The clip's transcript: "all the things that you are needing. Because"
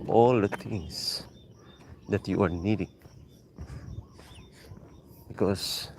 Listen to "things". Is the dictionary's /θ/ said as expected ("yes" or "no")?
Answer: no